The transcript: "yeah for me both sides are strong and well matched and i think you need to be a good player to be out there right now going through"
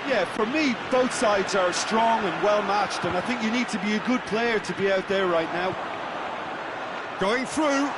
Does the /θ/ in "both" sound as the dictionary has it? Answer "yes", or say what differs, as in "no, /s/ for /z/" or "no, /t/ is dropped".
yes